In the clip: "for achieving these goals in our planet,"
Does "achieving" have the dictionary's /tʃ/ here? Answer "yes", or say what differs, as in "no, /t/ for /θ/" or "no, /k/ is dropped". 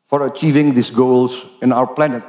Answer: yes